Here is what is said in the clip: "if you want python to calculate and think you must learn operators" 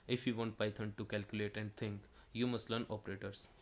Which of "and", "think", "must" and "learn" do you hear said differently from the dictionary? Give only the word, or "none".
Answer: think